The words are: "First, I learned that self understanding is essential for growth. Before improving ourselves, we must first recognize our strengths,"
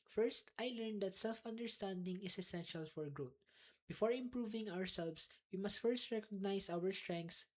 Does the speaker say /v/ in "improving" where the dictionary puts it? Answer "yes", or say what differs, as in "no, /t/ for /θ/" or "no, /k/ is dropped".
yes